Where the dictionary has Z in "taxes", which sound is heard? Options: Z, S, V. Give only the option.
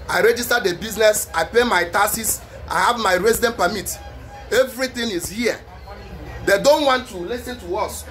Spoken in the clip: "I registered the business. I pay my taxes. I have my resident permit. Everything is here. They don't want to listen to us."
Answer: S